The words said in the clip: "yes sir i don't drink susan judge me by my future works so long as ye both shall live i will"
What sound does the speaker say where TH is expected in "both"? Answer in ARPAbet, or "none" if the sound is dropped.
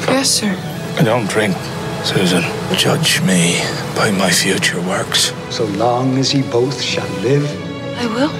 TH